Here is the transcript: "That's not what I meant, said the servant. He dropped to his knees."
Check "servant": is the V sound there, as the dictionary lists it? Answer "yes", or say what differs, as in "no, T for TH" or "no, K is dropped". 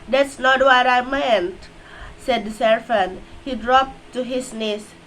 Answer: no, F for V